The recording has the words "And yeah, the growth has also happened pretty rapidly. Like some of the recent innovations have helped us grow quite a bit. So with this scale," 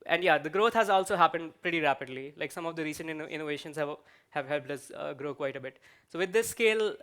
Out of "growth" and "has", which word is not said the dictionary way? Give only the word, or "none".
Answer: growth